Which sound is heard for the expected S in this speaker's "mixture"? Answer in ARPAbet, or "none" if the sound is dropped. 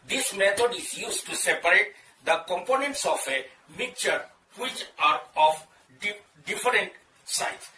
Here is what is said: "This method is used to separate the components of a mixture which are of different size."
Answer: none